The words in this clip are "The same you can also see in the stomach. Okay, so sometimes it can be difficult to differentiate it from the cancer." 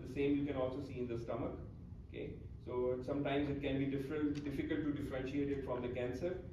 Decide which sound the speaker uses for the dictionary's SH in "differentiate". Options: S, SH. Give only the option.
SH